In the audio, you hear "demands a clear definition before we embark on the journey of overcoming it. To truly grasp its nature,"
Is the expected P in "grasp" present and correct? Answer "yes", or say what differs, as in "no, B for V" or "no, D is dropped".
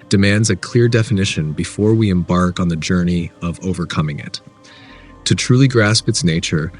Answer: yes